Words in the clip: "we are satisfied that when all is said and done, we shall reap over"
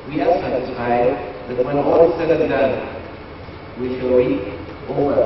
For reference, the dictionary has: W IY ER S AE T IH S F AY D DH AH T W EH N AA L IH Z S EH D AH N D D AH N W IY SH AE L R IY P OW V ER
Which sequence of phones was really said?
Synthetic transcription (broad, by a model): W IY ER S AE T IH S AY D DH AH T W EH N AA L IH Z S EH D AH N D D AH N W IY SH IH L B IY OW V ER